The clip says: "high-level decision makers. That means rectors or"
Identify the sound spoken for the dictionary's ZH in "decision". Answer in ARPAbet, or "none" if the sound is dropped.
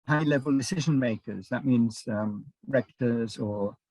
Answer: ZH